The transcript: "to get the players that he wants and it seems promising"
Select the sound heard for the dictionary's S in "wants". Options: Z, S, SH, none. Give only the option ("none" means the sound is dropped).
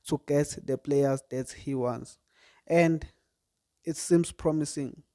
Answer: S